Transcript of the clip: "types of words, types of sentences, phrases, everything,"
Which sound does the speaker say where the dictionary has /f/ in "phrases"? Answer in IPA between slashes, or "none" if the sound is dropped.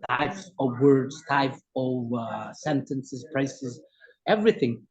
/p/